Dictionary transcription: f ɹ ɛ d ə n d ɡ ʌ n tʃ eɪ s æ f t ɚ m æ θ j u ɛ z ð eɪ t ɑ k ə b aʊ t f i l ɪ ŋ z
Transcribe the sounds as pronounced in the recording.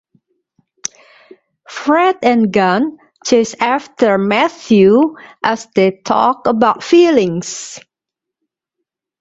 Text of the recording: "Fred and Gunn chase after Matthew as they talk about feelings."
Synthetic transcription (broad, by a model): f ɹ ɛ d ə n ɡ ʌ n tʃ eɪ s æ f t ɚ m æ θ j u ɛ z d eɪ t ɑ k ə b aʊ t f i l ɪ ŋ s